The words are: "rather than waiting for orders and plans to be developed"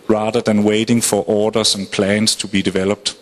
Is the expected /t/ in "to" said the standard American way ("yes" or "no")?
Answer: yes